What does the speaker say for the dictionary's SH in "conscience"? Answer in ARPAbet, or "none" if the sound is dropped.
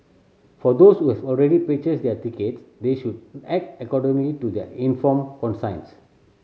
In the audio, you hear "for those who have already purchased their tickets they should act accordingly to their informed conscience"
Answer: S